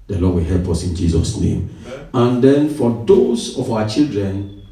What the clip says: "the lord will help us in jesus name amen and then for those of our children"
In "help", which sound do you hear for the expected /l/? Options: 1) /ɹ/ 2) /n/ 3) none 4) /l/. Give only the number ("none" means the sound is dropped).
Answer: 4